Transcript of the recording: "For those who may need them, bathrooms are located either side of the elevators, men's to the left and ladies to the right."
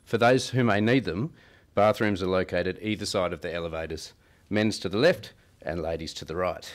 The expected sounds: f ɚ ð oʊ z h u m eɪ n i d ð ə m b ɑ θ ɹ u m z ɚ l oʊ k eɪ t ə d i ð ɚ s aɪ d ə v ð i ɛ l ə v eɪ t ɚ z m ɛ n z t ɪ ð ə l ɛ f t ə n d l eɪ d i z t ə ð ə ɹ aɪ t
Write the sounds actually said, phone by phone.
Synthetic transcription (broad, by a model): f ɚ ð oʊ z h u m eɪ n i d ð ə m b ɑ θ ɹ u m z ɚ l oʊ k eɪ t ə d i ð ɚ s aɪ d ə v ð i ɛ l ə v eɪ t ɚ z m ɛ n z t ɪ ð ə l ɛ f t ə n l eɪ d i z t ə ð ə ɹ aɪ t